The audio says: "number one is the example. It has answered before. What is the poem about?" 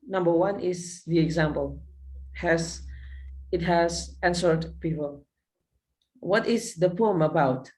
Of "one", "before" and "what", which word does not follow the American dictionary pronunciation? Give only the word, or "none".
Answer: before